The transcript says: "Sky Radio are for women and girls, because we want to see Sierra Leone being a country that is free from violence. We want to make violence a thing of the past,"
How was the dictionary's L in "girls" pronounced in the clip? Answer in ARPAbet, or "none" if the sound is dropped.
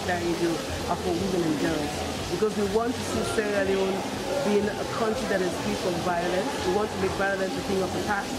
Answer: none